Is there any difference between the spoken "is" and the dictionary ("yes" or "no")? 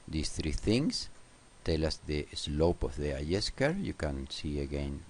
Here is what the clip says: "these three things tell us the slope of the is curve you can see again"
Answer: yes